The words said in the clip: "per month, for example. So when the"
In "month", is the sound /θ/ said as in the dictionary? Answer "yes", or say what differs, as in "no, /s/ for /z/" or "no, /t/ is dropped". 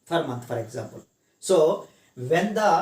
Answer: no, /t/ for /θ/